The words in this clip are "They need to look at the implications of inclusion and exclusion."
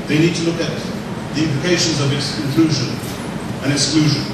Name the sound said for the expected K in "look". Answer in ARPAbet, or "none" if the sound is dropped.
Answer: K